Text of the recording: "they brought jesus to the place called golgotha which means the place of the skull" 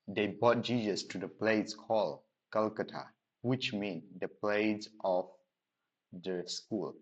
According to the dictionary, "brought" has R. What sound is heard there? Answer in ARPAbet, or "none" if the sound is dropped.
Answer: none